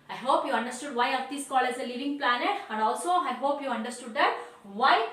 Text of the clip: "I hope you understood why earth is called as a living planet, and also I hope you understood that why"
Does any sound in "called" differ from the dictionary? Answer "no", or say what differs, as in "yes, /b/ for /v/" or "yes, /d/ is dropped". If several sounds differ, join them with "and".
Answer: yes, /d/ is dropped